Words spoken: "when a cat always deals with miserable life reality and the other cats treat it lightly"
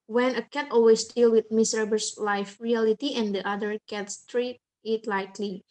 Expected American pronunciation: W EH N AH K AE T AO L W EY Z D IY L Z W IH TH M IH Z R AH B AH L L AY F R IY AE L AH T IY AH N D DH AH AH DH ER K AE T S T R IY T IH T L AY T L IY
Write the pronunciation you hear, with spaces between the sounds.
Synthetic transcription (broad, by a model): W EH N AH K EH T AO L W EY S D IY L W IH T M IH S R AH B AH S L AY F R IY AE L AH T IY AH N D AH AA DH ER K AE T S T R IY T IH T L AY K L IY